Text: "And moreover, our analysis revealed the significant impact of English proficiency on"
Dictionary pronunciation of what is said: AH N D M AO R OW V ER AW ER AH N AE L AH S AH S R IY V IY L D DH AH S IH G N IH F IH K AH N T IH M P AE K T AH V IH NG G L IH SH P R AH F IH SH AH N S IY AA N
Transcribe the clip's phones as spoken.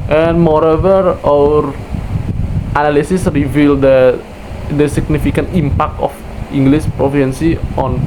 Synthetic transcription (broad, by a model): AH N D M AO R OW V ER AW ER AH N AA L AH S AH S R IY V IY L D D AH S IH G N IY F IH K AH N T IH M P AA K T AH F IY NG G L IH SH P R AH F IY AH N S IY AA N